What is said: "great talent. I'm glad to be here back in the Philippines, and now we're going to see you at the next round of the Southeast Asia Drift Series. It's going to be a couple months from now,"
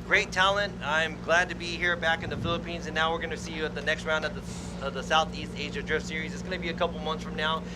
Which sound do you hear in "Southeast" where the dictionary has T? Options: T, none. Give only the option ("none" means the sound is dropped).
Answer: T